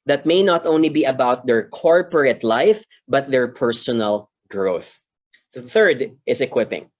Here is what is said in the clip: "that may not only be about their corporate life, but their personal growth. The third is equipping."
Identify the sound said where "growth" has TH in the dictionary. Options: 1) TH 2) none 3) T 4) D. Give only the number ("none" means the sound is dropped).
1